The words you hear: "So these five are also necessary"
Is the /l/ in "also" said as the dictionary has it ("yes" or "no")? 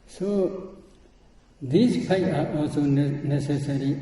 yes